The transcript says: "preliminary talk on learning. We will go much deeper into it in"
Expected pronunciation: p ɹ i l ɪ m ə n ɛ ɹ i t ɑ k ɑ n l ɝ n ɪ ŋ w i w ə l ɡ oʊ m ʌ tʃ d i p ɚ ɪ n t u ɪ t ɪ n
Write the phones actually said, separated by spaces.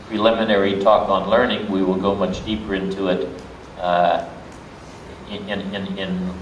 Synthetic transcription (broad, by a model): p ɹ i l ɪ m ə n ɛ ɹ i t ɑ k n l ɝ n ɪ ŋ w i w ə l ɡ oʊ m ʌ tʃ d i p ɚ ɪ n t u ɪ t ɪ n